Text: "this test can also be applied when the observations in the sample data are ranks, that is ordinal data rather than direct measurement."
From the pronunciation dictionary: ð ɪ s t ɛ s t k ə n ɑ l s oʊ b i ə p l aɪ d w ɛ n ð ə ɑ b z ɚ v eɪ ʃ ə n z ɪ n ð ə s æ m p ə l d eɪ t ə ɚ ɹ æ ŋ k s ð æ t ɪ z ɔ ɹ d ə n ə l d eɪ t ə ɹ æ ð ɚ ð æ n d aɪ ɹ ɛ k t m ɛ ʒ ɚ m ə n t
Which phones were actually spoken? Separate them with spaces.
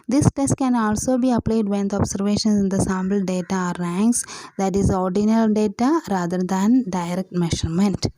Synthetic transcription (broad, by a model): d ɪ s t ɛ s t k ə n ɑ l s oʊ b i ə p l aɪ d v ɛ n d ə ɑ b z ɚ v eɪ ʃ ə n s ɪ n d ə s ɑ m b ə l d eɪ t ə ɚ ɹ æ ŋ k s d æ t ɪ z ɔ ɹ d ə n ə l d eɪ t ə ɹ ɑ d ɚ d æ n d aɪ ɹ ɛ k t m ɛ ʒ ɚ m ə n t